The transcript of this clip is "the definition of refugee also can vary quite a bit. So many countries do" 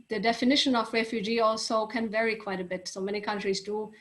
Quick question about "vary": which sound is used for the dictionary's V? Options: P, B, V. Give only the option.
V